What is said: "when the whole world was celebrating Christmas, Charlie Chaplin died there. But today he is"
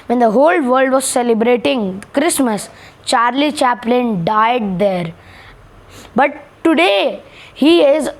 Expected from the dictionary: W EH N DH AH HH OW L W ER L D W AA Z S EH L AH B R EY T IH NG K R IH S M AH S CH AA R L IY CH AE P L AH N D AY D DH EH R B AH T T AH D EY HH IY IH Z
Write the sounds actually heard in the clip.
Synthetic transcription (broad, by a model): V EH N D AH HH OW L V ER L D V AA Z S EH L AH B R EY T IH NG K R IH S M AH S CH AA R L IY CH AE P L AH N D AY D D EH R B AH T T AH D EY HH IY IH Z